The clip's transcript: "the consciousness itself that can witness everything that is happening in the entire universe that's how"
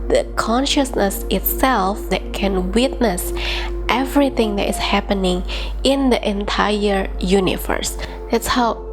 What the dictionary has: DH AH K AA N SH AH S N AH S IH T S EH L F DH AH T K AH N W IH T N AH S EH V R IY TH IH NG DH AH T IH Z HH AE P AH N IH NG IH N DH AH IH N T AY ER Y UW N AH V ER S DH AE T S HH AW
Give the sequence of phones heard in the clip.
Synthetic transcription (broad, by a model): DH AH K AA N SH AH S N AH S IH T S EH L F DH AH T K AH N W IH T N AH S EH V R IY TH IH NG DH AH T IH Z HH AE P AH N IH NG IH N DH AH IH N T AY ER Y UW N AH V ER S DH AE T S HH AW